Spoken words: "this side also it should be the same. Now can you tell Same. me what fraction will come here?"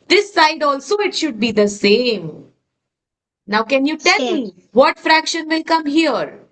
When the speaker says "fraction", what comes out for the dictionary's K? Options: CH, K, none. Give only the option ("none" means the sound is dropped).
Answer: K